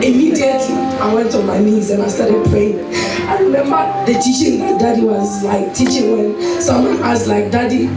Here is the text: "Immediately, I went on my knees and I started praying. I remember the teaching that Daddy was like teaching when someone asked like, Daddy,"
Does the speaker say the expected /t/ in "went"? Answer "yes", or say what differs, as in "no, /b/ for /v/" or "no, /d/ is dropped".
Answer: yes